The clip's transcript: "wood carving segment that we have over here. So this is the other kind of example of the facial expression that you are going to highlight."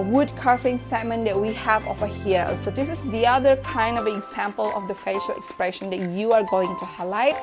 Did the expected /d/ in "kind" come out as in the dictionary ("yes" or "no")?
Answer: yes